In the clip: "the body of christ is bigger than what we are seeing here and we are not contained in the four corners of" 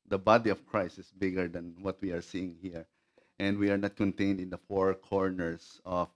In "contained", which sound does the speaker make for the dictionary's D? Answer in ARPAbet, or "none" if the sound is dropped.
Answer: D